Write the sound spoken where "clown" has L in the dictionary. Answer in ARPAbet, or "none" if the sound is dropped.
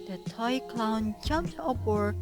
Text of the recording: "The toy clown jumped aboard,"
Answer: L